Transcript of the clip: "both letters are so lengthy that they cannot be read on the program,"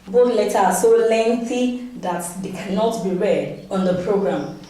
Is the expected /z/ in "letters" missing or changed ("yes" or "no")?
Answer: yes